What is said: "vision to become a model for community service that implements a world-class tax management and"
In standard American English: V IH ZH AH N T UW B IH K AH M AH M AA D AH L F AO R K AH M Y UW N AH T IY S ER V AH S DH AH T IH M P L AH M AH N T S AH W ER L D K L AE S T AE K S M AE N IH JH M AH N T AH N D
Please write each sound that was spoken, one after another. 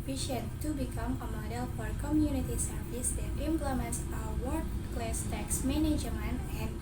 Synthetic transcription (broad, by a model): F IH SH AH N T UW B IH K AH M AH M AA D AH L F AO R K AH M Y UW N AH T IY S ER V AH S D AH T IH M P L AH M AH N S AH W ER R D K L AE S T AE K S M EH N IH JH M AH N AH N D